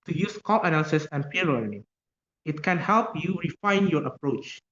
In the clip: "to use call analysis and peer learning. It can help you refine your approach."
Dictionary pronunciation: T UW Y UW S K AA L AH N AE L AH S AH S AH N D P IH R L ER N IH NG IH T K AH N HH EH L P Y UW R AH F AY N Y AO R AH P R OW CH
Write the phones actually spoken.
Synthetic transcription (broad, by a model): T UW Y UW S K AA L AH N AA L S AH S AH N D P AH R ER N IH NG IH T K AH N HH EH L P Y UW R AH F AY N Y AO R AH P R OW CH